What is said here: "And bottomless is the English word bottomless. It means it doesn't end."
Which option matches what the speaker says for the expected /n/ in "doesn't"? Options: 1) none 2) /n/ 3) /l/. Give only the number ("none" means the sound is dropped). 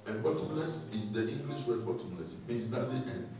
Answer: 1